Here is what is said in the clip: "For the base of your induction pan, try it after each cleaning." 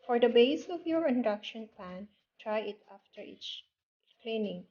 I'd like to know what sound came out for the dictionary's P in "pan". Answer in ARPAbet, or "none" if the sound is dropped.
P